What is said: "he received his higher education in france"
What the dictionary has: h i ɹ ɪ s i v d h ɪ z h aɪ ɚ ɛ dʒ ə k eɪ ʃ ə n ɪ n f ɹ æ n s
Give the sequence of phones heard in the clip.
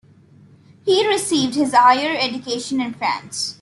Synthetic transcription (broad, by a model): h i ɹ ɪ s i v d h ɪ z h aɪ ɚ ɛ dʒ ə k eɪ ʃ ə n ɪ n f ɹ æ n s